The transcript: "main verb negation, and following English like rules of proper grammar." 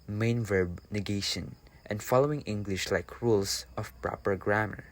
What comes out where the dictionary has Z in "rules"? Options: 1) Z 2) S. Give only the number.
2